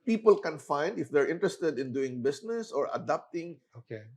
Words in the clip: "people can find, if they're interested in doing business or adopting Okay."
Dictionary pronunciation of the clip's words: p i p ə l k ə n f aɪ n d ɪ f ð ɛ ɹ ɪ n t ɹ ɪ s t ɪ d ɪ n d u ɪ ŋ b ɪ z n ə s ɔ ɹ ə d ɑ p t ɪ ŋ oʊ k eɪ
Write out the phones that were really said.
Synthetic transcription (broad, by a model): p i p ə l k ə n f aɪ n d ɪ f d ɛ ɹ ɪ n t ɹ ɪ s t ɪ d ɪ n d u ɪ ŋ b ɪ s n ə s ɔ ɹ ə d ɑ p t ɪ ŋ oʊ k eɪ